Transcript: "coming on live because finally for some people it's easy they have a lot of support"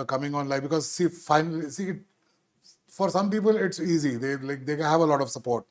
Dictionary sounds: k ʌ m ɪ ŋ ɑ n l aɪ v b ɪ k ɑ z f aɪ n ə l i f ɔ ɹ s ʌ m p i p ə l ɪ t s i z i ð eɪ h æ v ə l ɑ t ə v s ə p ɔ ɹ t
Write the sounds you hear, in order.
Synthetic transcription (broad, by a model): k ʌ m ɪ ŋ ɑ n l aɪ f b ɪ k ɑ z f aɪ n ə l i f ɔ ɹ s ʌ m p i p ə l ɪ t s i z i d eɪ h æ v ə l ɑ t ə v s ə p ɔ ɹ t